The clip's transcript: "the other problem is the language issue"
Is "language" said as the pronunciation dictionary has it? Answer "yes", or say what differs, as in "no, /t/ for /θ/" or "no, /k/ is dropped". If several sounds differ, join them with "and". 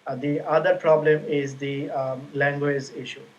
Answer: yes